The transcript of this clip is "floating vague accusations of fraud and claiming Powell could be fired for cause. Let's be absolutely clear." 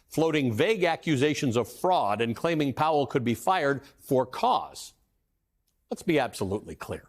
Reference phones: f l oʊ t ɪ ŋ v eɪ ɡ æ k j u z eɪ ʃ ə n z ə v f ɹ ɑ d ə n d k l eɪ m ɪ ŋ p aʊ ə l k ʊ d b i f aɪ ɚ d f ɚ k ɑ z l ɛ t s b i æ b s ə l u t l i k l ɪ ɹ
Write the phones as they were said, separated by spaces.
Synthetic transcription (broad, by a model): f l oʊ t ɪ ŋ v eɪ ɡ æ k j u z eɪ ʃ ə n z ə v f ɹ ɑ d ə n k l eɪ m ɪ ŋ p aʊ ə l k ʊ d b i f aɪ ɚ d f ɚ k ɑ z l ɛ t s b i æ b s ə l u t l i k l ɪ ɹ